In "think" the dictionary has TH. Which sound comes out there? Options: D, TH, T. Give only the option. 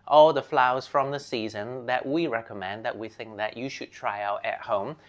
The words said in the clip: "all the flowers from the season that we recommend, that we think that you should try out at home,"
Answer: TH